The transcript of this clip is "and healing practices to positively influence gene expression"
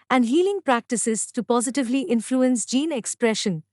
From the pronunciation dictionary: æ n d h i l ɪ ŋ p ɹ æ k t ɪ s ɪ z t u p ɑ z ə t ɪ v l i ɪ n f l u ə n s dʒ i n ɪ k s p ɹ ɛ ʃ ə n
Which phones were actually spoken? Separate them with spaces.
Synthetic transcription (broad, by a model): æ n d h i l ɪ ŋ p ɹ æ k t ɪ s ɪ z t u p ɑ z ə t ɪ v l i ɪ n f l u ə n s dʒ i n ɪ k s p ɹ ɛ ʃ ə n